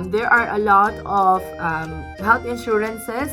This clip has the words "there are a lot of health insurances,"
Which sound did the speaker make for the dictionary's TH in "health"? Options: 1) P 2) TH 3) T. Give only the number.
3